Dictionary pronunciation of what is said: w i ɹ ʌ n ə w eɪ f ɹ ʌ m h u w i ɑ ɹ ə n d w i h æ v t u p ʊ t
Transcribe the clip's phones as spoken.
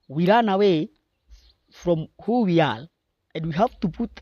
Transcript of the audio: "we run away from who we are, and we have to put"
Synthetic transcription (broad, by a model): w i ɹ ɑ n ə w eɪ f ɹ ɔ m h u w i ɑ l ə n d w i h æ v t u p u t